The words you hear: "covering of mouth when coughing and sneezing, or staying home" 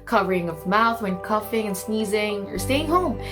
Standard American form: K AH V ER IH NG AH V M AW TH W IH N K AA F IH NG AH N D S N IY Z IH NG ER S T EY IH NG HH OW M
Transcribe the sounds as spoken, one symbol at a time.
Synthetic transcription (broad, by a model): K AH V ER IH NG AH V M AW TH W IH N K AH F IH NG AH N S N IY Z IH NG ER S T EY IH NG HH OW M